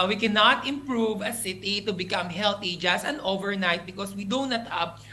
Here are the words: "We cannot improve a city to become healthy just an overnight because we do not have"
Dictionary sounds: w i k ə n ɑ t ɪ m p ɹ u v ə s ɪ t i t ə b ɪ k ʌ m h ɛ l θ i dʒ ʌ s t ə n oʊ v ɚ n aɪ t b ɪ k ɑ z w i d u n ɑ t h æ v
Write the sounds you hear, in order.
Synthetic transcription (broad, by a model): w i k ə n ɑ t ɪ m p ɹ u v ə s ɪ t i t ə b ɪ k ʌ m h ɛ l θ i dʒ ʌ s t ə n oʊ v ɚ n aɪ t b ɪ k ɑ s w i d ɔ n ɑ t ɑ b